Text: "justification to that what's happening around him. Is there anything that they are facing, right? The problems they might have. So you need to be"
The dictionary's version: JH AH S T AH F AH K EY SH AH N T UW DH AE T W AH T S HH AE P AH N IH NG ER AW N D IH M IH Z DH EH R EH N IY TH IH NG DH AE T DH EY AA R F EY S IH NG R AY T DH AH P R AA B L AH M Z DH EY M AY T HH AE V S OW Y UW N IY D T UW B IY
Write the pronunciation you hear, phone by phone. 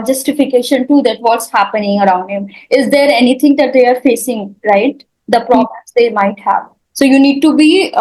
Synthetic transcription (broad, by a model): JH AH S T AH F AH K EY SH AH N T UW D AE T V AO T S HH AE P AH N IH NG ER AW N D IH M IH Z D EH R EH N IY T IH NG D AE T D EY AA R F EY S IH NG R AY T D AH P R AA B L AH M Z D EY M AY T HH AE V S OW Y UW N IY D T UW B IY